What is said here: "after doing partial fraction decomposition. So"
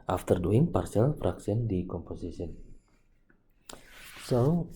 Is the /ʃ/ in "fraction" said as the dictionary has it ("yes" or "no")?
no